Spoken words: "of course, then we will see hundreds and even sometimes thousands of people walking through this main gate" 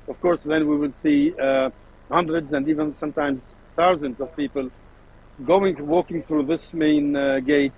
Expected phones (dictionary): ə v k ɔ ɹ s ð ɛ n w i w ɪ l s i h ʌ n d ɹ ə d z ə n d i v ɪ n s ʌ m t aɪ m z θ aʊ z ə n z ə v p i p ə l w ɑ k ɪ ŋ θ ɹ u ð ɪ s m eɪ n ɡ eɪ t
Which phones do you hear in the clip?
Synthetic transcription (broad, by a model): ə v k ɔ ɹ s ð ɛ n w i w ɪ l s i h ʌ n d ɹ ə d z ə n d i v ɪ n s ʌ m t aɪ m z θ aʊ z ə n z ə v p i p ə l w ɑ k ɪ ŋ θ ɹ u ð ɪ s m eɪ n ɡ eɪ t